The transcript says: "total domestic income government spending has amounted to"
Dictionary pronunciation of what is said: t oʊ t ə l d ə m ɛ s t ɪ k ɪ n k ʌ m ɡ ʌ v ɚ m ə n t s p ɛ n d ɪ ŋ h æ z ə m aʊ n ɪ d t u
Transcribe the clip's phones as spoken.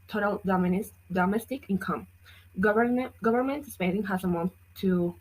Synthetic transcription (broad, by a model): t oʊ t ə l d ə m ɛ s t ɪ k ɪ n k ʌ m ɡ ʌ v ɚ m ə n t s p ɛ d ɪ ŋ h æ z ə m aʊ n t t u